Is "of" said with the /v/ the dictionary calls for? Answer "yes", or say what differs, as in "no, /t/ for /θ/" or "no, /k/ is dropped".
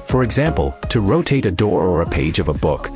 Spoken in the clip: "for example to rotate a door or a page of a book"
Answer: yes